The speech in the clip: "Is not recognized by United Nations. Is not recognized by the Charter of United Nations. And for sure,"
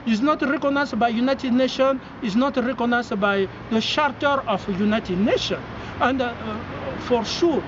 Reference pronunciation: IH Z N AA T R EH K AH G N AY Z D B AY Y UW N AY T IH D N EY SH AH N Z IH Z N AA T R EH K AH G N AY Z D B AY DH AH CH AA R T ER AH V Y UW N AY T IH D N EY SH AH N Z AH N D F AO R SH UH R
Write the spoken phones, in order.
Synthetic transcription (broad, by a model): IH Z N AA T R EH K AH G N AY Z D B AY Y UW N AY T IH D N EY SH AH N IH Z N AA T R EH K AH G N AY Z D B AY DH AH SH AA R T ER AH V Y UW N AY T IH D N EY SH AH N AH N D F AO R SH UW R